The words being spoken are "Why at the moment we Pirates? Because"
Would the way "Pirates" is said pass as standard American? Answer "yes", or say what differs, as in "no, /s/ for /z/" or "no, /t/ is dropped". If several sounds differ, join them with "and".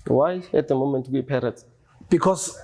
no, /s/ is dropped